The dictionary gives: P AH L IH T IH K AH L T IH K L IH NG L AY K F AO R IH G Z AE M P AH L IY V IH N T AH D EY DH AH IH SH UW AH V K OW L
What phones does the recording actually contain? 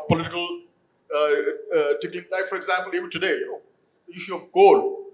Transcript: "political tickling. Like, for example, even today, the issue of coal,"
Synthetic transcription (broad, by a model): P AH L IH T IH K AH L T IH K IH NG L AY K F AO R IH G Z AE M P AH L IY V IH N T AH D EY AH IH SH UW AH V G OW L